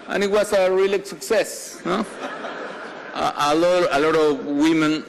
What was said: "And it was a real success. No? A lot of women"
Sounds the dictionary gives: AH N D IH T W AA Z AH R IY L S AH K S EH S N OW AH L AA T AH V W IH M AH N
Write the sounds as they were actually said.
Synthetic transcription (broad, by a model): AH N IH T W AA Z AH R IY L S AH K S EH S L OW AH L AA T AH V W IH M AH N